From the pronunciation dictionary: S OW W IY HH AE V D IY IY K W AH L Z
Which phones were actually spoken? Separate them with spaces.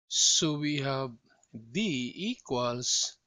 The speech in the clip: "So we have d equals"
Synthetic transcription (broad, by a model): S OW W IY HH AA B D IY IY K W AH L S